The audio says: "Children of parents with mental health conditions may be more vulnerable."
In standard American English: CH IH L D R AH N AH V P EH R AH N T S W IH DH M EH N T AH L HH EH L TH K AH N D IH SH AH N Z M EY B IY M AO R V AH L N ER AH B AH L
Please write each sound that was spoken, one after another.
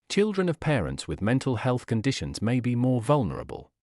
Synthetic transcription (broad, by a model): CH IH L D R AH N AH V P EH R AH N T S W IH DH M EH N T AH L HH EH L TH K AH N D IH SH AH N Z M EY B IY M AO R V AH L N ER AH B AH L